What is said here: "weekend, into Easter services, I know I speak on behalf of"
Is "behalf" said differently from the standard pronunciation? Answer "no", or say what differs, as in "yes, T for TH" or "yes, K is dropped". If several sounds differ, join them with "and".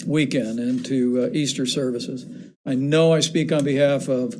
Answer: no